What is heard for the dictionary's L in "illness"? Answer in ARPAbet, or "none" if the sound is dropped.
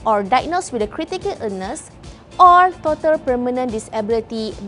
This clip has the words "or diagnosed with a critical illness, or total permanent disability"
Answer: none